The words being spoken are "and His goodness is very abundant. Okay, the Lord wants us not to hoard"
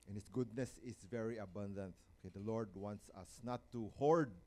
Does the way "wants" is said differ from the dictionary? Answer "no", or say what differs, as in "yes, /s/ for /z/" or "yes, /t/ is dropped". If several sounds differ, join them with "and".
no